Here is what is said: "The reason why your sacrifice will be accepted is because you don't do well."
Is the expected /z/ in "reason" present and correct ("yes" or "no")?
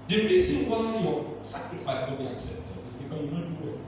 no